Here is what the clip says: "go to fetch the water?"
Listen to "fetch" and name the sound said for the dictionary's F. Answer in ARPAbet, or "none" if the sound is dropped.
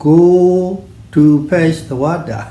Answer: P